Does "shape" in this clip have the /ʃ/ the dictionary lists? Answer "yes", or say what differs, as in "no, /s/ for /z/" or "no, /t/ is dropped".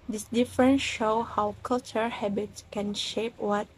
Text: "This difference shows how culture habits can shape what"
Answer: yes